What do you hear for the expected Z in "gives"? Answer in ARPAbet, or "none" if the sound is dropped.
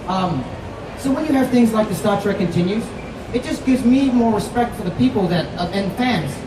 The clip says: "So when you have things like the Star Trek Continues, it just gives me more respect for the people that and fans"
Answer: Z